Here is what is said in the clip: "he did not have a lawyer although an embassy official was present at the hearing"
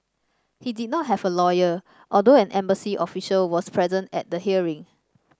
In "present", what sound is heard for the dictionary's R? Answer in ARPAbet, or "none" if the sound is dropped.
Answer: R